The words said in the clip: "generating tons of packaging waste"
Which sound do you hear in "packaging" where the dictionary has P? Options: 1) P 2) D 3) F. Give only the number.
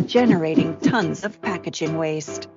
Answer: 1